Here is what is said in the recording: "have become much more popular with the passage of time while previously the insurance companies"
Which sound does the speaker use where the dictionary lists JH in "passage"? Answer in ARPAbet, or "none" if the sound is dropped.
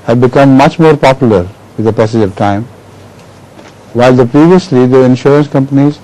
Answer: JH